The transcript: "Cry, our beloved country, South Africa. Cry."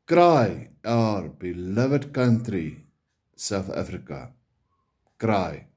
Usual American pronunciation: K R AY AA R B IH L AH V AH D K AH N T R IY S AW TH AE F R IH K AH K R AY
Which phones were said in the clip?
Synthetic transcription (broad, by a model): K R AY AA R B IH L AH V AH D K AH N T R IY S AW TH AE F R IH K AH K R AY